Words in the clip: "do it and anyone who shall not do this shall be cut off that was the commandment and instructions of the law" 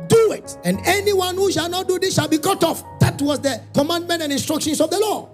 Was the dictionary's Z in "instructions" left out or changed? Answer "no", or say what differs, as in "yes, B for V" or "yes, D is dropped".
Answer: yes, S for Z